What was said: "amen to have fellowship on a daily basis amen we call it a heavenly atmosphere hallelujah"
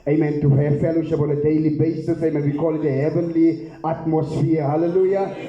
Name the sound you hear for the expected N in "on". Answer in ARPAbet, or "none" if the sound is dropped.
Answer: L